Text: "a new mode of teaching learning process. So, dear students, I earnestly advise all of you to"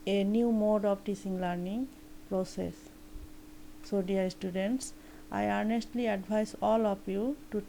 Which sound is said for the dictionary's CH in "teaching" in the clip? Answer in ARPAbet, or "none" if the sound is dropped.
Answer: S